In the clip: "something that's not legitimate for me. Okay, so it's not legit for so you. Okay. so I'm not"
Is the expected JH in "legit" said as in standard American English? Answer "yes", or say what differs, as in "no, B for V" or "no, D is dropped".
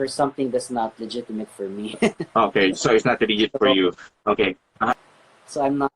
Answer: no, JH is dropped